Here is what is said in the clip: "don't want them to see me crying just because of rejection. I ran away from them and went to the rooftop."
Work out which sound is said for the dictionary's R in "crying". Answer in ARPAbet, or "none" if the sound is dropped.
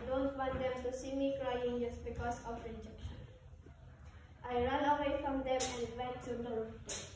R